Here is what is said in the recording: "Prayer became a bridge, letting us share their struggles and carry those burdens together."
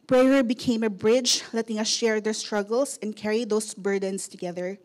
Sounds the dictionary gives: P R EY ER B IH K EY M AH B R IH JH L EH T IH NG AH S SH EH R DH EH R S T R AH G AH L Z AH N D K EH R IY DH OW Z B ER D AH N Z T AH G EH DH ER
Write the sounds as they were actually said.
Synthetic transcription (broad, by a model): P R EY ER B IH K EY M AH B R IH JH L EH T IH NG AH S SH EH R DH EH R S T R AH G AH L S AH N D K EH R IY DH OW S B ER D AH N S T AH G EH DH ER